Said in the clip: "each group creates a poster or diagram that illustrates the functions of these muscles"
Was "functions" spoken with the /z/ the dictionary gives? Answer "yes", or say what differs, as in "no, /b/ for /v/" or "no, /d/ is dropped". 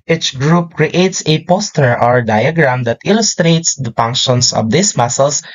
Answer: no, /s/ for /z/